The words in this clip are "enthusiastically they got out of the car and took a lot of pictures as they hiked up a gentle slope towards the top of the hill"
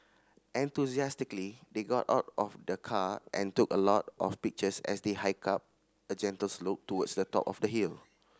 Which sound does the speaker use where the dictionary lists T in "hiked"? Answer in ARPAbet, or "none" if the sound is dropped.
none